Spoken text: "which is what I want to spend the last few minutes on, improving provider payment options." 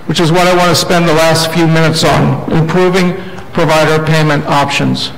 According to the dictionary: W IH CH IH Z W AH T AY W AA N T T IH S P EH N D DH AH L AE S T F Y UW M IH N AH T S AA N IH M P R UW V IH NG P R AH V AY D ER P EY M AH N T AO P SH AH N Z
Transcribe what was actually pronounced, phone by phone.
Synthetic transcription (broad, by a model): W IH CH IH Z W AH T AY W AA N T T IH S P EH N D DH AH L AE S T F Y UW M IH N AH T S N IH M P R UW V IH NG P R AH V AY D ER P EY M AH N T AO P SH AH N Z